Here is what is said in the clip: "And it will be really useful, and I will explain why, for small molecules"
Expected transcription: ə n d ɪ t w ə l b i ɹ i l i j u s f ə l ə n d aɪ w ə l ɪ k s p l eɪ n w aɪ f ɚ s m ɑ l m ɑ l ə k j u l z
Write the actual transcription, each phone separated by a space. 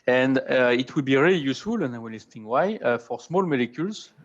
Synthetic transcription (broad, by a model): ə n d ɪ t w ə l b i ɹ i l i j u s f ə l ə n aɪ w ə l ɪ s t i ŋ w aɪ f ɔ s m ɑ l m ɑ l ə k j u l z